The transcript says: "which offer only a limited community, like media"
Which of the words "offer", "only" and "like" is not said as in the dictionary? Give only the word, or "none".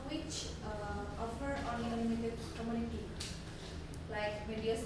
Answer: only